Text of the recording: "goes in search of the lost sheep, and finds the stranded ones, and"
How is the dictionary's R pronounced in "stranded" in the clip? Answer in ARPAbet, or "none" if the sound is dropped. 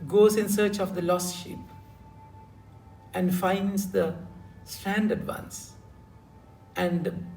none